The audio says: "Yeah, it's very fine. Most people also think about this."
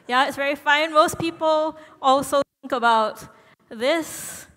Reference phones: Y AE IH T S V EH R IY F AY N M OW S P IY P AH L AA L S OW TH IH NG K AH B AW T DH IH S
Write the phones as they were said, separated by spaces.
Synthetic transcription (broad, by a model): Y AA IH T S V EH R IY F AY N M OW S P IY P AH L AA L S OW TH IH NG K AH B AW T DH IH S